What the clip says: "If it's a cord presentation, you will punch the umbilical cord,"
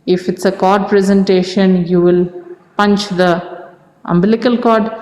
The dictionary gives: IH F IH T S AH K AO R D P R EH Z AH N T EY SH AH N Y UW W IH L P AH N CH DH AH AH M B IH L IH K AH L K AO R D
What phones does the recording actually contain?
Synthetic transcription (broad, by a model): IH F IH T S AH K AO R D P R EH Z AH N T EY SH AH N Y UW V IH L P AH N CH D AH AH M B IH L IH K AH L K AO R D